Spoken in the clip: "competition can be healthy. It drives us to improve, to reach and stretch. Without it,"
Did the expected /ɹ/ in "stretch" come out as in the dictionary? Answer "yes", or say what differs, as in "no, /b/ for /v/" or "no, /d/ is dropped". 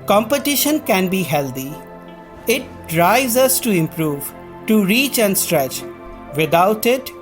yes